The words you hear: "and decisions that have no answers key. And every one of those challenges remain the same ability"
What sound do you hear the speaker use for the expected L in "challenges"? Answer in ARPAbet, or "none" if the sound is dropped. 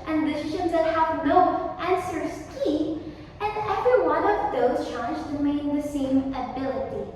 none